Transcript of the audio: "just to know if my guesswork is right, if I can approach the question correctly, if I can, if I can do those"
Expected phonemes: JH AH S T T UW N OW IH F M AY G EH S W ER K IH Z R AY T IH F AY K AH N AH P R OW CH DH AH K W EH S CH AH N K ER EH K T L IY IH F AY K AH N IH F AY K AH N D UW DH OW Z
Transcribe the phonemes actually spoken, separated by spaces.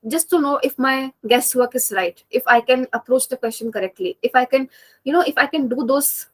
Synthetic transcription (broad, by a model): JH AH S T T UW N OW IH F M AY G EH S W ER K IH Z R AY T IH F AY K AH N AH P R OW CH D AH K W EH S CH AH N K ER EH K T L IY IH F AY K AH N IH F AY K AH N D UW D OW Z